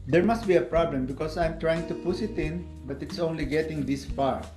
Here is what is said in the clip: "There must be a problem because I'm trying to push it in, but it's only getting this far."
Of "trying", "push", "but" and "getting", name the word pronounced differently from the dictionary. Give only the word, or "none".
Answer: push